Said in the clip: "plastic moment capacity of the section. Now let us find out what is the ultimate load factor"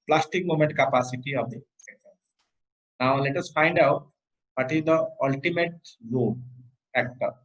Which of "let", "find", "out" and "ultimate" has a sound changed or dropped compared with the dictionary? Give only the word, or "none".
none